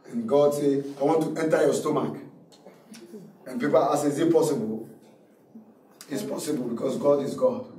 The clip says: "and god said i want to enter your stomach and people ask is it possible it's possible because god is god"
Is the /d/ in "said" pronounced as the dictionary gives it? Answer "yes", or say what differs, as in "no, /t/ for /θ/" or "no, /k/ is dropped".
no, /d/ is dropped